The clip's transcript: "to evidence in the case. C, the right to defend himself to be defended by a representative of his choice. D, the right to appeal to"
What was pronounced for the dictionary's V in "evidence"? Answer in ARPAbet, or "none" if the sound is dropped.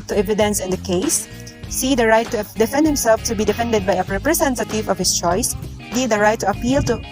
V